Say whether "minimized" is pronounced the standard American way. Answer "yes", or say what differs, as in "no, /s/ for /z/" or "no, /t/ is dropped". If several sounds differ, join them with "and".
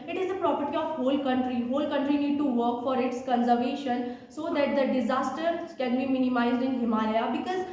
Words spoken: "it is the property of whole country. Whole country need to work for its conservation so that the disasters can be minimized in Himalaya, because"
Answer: yes